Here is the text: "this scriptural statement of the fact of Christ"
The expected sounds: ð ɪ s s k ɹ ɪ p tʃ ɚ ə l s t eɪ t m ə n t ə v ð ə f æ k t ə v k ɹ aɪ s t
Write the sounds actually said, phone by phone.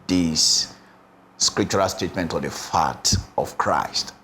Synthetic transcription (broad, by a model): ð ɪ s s k ɹ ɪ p tʃ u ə l s t eɪ t m ə n t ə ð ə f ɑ t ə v k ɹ aɪ s t